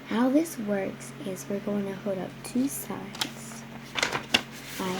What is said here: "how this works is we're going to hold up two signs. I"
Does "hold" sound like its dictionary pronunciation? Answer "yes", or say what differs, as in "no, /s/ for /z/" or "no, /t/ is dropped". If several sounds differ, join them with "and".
no, /l/ is dropped